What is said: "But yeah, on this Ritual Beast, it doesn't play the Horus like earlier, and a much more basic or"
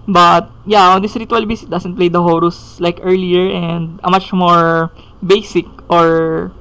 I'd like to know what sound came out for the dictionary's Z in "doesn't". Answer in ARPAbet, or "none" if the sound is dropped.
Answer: S